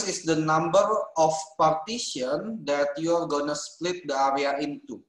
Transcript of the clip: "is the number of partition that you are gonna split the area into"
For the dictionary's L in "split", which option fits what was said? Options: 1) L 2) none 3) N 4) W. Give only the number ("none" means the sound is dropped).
1